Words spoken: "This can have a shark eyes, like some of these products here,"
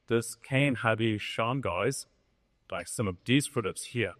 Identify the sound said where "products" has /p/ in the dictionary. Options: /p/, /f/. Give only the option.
/f/